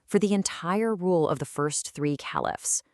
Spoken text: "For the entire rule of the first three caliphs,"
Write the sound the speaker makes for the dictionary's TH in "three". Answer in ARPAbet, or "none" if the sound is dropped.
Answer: TH